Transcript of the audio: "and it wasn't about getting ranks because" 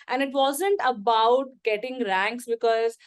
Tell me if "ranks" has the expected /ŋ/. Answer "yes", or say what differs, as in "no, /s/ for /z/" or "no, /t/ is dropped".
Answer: yes